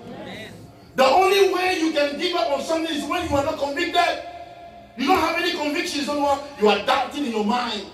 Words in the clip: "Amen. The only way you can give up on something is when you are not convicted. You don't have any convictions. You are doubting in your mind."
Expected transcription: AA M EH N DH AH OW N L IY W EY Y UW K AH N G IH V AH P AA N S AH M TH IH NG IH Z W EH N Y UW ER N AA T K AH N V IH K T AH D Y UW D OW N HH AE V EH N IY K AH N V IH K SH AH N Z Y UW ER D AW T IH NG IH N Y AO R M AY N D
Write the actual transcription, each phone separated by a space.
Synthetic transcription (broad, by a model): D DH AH OW N L IY W EY Y UW K AH N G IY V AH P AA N S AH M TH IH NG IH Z W EH N Y UW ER N AA T K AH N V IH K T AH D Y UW D OW N HH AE V EH N IY K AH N V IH K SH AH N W Y UW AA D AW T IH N IH N Y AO M AY N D